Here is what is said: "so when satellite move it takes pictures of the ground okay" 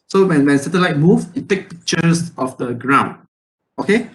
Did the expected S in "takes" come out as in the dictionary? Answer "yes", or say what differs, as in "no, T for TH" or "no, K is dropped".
no, S is dropped